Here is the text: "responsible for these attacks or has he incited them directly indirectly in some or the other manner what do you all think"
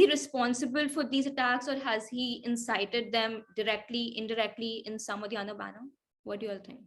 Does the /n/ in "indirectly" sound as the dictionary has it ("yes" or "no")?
yes